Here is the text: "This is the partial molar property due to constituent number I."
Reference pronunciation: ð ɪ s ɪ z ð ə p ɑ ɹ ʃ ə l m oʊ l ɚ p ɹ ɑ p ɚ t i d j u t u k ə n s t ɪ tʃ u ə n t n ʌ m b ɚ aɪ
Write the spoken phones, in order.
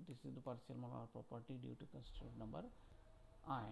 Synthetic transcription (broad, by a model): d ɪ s ɪ z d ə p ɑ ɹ s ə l m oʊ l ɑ p ɹ ɑ p ɚ t i d j u t u k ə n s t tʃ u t n ʌ m b ɚ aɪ